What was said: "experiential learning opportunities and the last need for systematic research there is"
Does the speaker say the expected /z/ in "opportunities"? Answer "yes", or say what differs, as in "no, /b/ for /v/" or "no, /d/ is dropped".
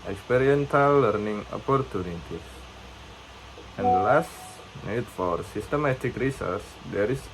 no, /s/ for /z/